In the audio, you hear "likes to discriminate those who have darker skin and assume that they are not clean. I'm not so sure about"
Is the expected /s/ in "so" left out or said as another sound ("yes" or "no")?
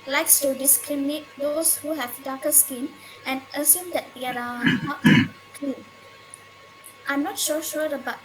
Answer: yes